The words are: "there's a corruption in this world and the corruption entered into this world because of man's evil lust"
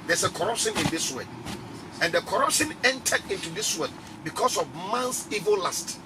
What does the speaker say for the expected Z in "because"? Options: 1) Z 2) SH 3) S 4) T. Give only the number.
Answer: 3